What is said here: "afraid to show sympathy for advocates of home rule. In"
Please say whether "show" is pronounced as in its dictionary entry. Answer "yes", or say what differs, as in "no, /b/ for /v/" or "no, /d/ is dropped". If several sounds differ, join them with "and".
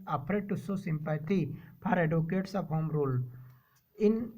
no, /s/ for /ʃ/